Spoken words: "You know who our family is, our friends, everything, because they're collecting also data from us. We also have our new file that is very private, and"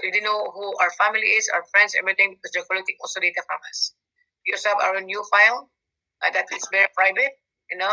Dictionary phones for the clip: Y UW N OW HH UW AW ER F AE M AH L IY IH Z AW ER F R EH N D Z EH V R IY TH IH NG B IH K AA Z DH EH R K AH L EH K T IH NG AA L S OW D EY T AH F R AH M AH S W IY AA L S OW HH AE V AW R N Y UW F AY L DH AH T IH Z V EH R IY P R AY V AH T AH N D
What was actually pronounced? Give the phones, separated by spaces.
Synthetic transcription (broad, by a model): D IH N OW HH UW AW ER F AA M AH L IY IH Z AW ER F R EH N D S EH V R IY T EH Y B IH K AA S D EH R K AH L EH T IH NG AA L S OW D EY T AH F R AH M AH S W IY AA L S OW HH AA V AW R N Y UW F AY L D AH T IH S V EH R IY P R AY V AH T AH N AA